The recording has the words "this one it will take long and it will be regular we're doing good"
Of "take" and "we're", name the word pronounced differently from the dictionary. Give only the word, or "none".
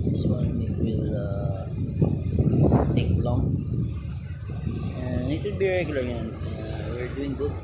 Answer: none